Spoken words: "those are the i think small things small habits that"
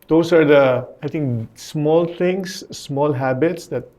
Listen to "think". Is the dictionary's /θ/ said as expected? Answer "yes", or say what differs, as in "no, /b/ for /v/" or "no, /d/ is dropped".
no, /t/ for /θ/